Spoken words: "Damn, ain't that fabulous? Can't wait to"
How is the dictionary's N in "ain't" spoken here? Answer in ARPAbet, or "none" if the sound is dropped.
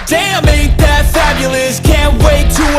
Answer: none